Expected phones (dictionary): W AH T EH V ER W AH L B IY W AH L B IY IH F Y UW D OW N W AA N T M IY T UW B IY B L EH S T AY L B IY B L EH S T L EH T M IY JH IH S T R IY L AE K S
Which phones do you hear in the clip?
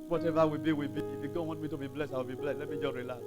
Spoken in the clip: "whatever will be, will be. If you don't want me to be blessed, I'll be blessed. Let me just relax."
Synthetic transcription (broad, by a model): W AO T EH V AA W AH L B IY W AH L B IY IH F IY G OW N W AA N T M IY T UW B IY B L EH S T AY W B IY B L EH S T L EH T M IY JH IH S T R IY L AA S